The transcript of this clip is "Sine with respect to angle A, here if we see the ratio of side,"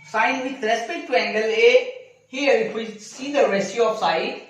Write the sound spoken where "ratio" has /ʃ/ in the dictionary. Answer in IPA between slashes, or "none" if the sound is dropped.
/s/